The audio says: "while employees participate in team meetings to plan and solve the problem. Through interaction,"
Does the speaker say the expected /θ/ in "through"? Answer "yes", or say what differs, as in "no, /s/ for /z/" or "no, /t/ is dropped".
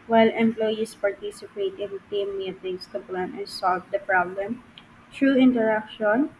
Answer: no, /t/ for /θ/